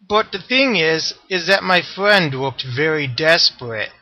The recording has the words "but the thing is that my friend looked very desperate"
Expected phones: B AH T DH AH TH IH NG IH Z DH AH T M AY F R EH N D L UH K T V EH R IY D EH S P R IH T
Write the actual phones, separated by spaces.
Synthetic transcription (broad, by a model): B AH T DH AH TH IH NG IH Z DH AH T M AY F R EH N D W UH K T V EH R IY D EH S P R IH T